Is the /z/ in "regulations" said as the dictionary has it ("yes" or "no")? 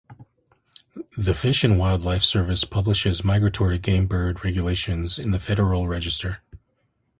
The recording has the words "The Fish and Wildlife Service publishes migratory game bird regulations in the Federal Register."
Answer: yes